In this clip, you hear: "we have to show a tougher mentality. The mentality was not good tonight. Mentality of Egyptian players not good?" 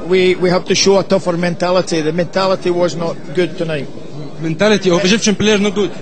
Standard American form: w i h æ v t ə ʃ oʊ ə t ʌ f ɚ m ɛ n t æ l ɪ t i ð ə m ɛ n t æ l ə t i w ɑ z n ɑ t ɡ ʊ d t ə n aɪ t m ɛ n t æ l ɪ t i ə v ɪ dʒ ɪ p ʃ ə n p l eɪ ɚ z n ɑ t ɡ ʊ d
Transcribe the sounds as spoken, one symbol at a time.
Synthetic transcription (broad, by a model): w i h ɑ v t ə ʃ oʊ ə t ʌ f ɚ m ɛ n t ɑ l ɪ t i ð ə m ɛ n t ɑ l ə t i w ɑ z n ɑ t ɡ ʊ d t ə n aɪ t m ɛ n t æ l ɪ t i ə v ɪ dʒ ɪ p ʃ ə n p l eɪ ɚ z n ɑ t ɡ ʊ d